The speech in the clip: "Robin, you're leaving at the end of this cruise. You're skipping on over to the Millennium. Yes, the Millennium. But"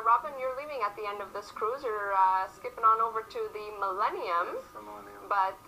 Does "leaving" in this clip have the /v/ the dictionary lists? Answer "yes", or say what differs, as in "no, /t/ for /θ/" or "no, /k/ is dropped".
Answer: yes